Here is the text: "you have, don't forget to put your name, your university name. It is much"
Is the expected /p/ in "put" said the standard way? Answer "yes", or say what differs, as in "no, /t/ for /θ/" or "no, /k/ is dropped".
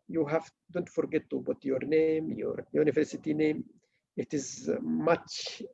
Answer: no, /b/ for /p/